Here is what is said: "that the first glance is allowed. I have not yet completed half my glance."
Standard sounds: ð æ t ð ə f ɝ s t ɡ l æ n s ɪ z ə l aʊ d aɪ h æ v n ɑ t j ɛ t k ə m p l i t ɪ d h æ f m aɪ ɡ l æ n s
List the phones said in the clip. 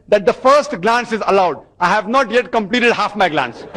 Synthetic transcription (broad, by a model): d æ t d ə f ɝ s t ɡ l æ n s ɪ z ə l aʊ d aɪ h æ v n ɑ t j ɛ t k ə m p l i t ɪ d h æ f m aɪ ɡ l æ n s